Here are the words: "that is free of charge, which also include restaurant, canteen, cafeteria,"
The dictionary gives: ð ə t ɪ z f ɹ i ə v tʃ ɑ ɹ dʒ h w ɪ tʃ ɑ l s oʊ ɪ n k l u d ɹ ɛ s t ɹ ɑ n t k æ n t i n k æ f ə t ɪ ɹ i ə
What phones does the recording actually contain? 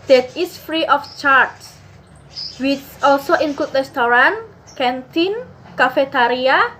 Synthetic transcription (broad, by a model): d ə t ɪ s f ɹ i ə f tʃ ɑ ɹ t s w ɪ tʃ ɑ l s oʊ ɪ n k u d ɹ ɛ s t ɹ ɑ n k æ n t i n k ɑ f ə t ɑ ɹ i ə